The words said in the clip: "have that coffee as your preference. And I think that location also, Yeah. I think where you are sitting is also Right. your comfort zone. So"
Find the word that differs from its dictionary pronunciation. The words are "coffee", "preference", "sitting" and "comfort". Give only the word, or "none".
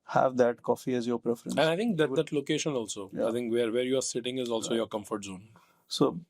preference